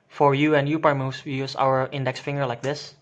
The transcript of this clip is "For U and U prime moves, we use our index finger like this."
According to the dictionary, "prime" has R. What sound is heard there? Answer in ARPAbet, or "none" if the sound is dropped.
none